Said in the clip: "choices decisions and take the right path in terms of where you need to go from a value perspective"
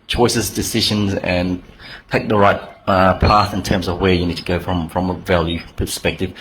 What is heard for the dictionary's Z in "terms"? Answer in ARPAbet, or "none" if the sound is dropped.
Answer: Z